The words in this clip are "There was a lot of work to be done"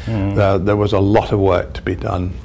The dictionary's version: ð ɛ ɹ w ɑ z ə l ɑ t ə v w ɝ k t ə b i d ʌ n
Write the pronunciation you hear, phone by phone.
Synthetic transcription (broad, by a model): ð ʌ ɹ w ɑ z ə l ɑ t ə v w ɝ k t ə b i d ʌ n